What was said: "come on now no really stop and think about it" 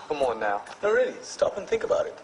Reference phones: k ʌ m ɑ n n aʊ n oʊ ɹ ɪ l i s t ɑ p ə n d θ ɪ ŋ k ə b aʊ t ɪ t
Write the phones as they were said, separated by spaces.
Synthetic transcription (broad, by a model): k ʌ m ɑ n n aʊ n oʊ ɹ ɪ l i s t ɑ p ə n θ ɪ ŋ k ə b aʊ t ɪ t